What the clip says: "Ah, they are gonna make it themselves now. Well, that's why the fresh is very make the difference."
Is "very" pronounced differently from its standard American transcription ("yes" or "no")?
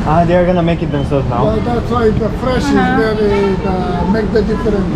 yes